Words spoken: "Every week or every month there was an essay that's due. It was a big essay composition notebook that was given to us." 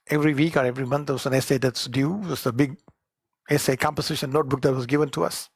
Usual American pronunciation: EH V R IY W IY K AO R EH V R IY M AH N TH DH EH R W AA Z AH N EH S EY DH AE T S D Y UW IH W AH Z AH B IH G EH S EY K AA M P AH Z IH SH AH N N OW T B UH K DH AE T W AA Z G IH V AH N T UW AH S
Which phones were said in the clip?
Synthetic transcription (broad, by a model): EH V R IY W IY K AO R EH V R IY M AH N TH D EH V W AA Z AH N EH S EY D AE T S D Y UW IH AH S AH B IH G EH S EY K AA M P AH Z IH SH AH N N OW T B UH K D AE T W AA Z G IH V AH N T UW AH S